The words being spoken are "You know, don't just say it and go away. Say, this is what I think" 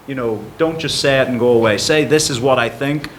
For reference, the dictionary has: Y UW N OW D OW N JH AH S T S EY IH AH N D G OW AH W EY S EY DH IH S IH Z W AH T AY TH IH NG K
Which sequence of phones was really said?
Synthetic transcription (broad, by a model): Y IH N OW D OW N JH AH S T S EY IH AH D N G OW AH W EY S EY DH IH S IH Z W AH T AY TH IH NG K